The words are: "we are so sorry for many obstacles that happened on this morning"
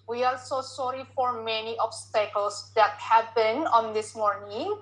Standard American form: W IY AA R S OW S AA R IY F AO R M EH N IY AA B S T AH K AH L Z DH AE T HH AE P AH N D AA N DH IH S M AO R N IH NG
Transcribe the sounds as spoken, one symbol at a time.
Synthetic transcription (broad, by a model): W IY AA L S OW S AA R IY F AO R M EH N IY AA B S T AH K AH L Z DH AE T HH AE B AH N AA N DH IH S M AO R N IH NG